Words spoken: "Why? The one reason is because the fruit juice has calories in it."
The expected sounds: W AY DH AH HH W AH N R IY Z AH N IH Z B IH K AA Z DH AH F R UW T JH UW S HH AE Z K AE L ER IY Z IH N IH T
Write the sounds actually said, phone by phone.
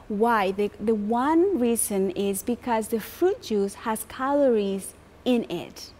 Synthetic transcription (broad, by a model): W AY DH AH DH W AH N R IY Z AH N IH Z B IH K AA Z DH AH F R UW T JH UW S HH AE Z K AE L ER IY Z IH N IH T